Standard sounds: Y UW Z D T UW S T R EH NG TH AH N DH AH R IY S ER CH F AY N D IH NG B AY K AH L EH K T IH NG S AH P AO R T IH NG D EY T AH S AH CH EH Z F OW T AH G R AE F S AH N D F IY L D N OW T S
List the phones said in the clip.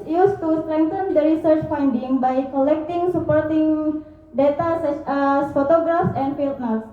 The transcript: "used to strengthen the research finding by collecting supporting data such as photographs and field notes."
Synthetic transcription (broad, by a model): Y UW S T UW S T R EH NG T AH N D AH R IY S ER CH F AY N D IH NG B AY K AH L EH K T IH NG S AH P AO R T IH NG D EY T AH S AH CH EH S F OW T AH G R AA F S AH N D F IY L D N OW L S